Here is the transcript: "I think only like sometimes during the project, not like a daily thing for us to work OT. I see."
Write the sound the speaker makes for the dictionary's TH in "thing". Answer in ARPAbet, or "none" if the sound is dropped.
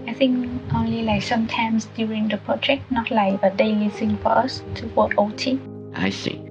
S